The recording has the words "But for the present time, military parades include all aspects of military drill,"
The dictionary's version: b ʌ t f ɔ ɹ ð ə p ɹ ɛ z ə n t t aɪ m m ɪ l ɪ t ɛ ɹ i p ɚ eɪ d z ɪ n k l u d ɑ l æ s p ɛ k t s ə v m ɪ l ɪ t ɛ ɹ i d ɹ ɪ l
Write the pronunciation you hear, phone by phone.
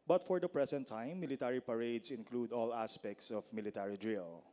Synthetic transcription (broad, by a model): b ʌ t f ɔ ɹ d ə p ɹ ɛ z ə n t t aɪ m m ɪ l ɪ t ɛ ɹ i p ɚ eɪ d s ɪ n k l u d ɑ l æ s p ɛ k t s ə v m ɪ l ɪ t ɛ ɹ i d ɹ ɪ l